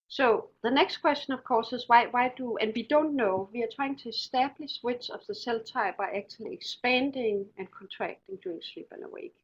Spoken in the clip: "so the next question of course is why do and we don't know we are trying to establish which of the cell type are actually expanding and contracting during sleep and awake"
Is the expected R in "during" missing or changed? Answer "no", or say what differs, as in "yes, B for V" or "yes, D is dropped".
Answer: yes, R is dropped